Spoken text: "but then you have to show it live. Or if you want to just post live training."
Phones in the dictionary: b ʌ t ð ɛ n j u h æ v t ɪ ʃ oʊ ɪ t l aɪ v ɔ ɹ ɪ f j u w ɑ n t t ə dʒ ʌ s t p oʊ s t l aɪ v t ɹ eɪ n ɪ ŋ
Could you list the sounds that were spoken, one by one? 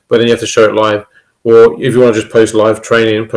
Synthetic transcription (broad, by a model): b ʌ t ð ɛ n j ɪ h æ f t ɪ ʃ oʊ ɪ t l aɪ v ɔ l ɪ f j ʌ w ɑ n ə dʒ ʌ s p oʊ s t l aɪ v t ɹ eɪ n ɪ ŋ